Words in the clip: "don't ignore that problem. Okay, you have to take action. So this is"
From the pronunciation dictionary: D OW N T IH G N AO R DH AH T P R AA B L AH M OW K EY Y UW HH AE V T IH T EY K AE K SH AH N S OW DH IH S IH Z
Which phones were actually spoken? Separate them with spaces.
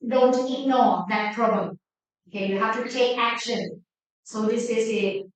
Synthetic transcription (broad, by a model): D OW N T IH G N AO R DH AH T P R AA B L AH M OW K EY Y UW HH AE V T IH T EY K AE K SH AH N S OW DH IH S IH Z